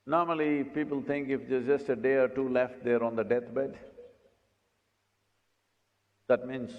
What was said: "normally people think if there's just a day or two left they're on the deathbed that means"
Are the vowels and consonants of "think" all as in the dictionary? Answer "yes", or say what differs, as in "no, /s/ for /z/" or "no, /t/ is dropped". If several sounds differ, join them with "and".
no, /t/ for /θ/